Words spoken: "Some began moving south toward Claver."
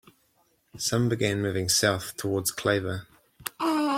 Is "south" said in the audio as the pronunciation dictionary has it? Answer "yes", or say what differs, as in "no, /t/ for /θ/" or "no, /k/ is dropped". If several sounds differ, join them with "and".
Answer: yes